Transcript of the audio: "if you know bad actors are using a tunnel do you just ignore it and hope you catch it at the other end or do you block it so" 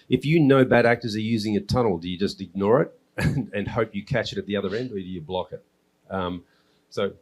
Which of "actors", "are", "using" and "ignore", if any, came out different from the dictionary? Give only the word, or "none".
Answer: none